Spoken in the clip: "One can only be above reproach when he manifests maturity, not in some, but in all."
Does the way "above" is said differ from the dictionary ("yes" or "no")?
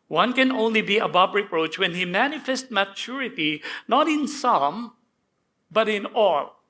yes